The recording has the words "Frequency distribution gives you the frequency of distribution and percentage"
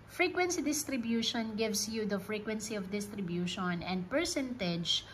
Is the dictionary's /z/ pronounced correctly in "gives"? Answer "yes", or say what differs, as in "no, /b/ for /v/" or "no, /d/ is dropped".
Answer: no, /s/ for /z/